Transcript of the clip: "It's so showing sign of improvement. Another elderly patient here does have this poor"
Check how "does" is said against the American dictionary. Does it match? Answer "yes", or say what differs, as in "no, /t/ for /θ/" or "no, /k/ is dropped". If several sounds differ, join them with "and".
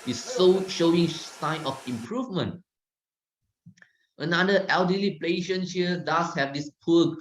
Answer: no, /s/ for /z/